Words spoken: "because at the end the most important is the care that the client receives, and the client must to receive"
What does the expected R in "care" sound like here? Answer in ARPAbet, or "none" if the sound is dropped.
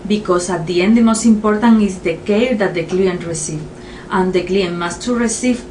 L